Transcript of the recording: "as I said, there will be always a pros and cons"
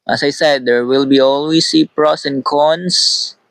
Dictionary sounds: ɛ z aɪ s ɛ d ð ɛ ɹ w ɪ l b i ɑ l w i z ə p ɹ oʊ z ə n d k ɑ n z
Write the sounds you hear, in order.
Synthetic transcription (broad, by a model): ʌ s aɪ s ɛ d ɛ ɹ w ɪ l b i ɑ l w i s ə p ɹ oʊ s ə n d k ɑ n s